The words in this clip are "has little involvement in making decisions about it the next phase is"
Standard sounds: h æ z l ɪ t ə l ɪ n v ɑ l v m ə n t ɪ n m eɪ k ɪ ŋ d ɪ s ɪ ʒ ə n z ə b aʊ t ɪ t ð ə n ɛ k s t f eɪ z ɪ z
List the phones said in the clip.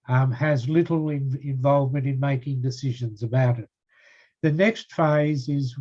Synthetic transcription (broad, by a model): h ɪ z l ɪ t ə n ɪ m v ɑ l v m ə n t ɪ n m eɪ k ɪ ŋ d ɪ s ɪ ʒ ə n z ə b aʊ t ɪ t ð ə n ɛ k s t f eɪ z ɪ z